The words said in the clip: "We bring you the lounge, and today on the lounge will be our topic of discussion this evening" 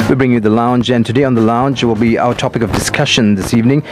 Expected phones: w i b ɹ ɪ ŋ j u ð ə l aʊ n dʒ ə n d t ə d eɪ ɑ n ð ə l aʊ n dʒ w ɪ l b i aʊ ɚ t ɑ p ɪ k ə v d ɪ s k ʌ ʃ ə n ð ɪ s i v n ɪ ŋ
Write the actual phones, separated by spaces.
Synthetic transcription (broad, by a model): w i b ɹ ɪ ŋ j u ð ə l aʊ n dʒ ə n t ə d eɪ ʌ n ð ə l aʊ n dʒ w ɪ l b i aʊ ɚ t ɑ p ɪ k ə v d ɪ s k ʌ ʃ ə n ð ɪ s i v n ɪ ŋ